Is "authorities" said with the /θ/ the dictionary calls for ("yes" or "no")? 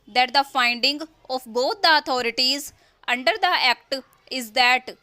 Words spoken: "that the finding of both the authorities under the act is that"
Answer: no